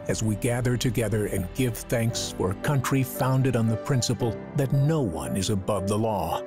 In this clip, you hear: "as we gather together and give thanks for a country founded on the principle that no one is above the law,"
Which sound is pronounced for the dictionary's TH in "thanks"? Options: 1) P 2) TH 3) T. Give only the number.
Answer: 2